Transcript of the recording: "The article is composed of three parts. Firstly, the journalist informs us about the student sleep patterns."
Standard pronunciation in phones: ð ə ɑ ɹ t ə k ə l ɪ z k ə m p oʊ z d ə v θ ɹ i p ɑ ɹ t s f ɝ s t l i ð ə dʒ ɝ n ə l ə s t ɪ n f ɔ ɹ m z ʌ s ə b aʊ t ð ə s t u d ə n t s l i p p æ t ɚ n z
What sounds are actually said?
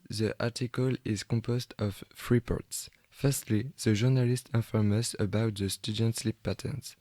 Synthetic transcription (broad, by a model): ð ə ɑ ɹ t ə k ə l ɪ z k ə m p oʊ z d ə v f ɹ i p ɑ ɹ t s f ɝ s t l i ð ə ʒ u n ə l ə s t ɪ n f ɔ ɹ m ʌ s ə b aʊ t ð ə s t u d ə n t s l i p p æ t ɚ n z